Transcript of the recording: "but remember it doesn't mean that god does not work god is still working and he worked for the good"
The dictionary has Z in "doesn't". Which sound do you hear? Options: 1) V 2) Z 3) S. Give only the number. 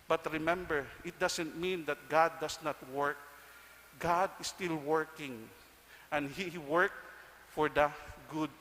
3